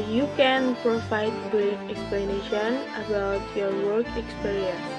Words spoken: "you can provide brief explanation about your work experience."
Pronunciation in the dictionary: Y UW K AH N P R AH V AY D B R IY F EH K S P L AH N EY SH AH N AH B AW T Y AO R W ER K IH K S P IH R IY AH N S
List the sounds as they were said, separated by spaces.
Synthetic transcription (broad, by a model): Y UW K AH N P R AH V AY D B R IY EH K S P L AH N EY SH AH N AH B AW T Y AO R W ER K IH K S P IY R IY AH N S